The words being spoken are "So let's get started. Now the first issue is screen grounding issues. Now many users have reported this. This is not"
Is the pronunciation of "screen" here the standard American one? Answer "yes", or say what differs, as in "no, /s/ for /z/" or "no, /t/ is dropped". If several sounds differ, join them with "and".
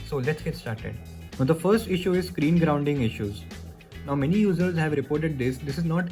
yes